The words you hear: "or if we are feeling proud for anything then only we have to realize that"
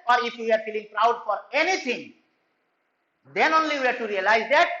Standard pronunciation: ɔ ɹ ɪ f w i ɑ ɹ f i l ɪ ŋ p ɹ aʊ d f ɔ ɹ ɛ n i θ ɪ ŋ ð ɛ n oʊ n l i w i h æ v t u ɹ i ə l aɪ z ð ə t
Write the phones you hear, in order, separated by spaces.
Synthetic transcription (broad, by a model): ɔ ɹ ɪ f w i ɑ ɹ f i l ɪ ŋ p ɹ aʊ d f ɔ ɹ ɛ n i t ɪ ŋ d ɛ n oʊ n l i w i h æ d t u ɹ i ə l aɪ z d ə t